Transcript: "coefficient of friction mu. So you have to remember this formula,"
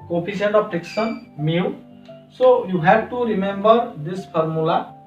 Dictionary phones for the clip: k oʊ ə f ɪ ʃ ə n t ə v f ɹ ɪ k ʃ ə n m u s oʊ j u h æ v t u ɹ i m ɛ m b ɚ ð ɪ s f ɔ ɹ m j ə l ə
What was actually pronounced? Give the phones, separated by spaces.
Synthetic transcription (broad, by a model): k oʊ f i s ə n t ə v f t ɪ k s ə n m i s oʊ j u h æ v t u ɹ i m ɛ m b ɚ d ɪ s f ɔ ɹ m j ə l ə